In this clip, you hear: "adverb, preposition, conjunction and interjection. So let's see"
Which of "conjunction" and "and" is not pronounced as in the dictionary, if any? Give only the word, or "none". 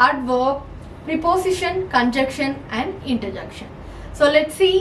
conjunction